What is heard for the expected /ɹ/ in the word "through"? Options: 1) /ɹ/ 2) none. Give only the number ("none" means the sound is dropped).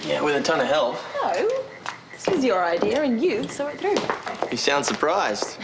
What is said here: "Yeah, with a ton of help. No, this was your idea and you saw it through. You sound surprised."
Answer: 1